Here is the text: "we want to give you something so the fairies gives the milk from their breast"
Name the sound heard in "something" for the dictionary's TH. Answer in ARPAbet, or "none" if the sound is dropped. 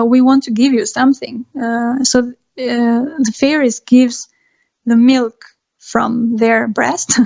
TH